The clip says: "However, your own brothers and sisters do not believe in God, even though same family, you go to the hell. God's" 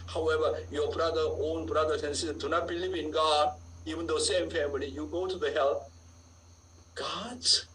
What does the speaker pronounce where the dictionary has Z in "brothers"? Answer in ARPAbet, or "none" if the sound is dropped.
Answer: S